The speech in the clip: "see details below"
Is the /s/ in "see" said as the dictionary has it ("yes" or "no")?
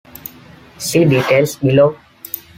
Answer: yes